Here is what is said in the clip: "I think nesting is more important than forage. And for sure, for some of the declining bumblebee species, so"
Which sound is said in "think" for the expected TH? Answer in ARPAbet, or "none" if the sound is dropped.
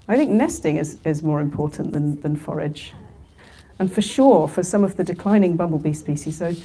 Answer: TH